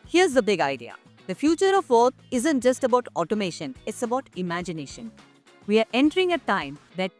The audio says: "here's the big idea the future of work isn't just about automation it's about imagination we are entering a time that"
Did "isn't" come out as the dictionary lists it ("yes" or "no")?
yes